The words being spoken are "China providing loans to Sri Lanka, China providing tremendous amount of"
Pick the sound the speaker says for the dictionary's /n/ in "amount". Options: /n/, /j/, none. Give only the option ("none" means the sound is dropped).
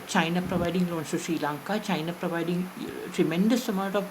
none